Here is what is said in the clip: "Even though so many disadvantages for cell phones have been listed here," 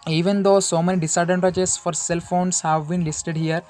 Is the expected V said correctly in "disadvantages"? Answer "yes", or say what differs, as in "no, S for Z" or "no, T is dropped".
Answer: no, V is dropped